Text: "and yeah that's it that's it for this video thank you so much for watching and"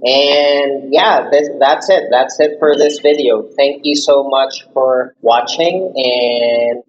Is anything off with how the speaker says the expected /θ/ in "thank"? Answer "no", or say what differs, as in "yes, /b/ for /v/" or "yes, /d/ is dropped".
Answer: no